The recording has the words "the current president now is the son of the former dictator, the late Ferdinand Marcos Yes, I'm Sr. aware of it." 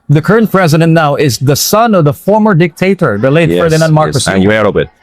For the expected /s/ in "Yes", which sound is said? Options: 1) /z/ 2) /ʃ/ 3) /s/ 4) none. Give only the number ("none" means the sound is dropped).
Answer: 4